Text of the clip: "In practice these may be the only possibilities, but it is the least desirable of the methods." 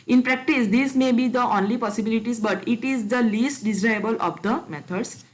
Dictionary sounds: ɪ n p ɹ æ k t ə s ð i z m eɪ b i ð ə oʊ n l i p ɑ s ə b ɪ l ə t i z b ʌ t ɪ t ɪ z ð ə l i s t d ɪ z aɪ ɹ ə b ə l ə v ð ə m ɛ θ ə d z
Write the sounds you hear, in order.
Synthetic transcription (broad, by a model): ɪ n p ɹ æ k t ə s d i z m eɪ b i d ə oʊ n l i p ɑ s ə b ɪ l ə t i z b ʌ t ɪ t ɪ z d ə l i s t d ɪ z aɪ ə b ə l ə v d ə m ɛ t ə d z